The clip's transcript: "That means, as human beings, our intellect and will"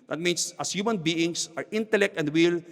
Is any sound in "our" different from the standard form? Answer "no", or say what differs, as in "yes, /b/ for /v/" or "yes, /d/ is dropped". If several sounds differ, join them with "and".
no